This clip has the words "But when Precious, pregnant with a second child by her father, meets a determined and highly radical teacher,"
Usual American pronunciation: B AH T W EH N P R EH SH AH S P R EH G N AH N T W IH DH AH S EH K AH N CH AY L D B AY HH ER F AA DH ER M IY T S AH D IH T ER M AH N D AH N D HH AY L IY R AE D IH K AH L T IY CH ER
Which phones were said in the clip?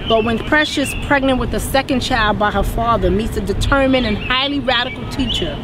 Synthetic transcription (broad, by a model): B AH T W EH N P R EH SH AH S P R EH G N AH N T W IH DH AH S EH K AH N CH AY L D B AY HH ER F AA DH ER M IY T S AH D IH T ER M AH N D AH N HH AY L IY R AE D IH K L T IY CH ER